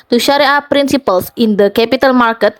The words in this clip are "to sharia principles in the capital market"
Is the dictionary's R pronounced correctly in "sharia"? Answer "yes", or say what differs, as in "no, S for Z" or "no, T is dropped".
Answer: yes